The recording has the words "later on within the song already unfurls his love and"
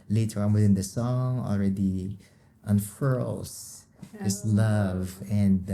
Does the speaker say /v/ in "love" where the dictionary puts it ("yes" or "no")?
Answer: yes